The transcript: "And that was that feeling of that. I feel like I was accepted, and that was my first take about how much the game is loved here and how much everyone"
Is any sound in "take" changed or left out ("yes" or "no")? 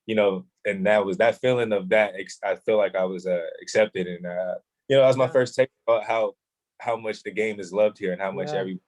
yes